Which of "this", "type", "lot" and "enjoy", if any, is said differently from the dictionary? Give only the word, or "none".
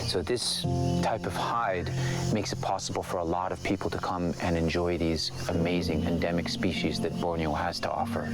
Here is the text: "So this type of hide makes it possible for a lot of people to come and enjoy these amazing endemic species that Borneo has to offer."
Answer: none